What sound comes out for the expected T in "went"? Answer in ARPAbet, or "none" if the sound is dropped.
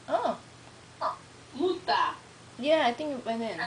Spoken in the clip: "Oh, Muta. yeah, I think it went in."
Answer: none